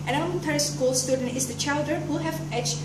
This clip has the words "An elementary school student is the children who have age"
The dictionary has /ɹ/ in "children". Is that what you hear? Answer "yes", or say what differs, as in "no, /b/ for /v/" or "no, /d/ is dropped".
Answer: no, /ɹ/ is dropped